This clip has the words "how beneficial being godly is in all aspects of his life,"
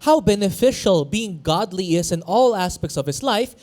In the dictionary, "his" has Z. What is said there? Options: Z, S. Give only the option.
S